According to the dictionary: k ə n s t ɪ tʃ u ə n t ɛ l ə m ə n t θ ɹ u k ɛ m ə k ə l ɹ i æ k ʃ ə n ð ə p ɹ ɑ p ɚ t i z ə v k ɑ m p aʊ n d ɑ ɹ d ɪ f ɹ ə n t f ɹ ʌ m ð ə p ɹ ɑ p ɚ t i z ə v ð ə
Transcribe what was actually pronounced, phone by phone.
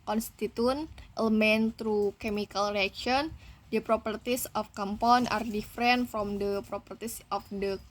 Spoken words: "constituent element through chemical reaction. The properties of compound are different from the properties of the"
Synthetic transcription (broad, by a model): k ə n s t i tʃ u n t ɛ l ə m ə n t ɹ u k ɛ m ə k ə l ɹ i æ k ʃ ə n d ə p ɹ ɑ p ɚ t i s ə f k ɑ m p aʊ n ɑ ɹ d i f ɹ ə n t f ɹ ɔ m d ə p ɹ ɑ p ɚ t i s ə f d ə